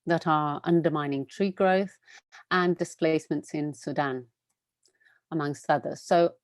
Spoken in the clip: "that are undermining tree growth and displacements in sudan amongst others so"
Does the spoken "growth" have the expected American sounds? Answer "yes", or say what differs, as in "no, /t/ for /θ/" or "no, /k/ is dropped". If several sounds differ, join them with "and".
yes